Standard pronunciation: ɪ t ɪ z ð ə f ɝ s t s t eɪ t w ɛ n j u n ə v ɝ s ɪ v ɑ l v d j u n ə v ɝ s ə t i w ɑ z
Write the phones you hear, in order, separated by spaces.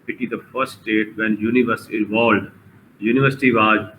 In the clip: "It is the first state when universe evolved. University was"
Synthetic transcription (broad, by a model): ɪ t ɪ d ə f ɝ t s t eɪ t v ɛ n j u n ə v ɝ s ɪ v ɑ l d j u n ə v ɝ s ə t i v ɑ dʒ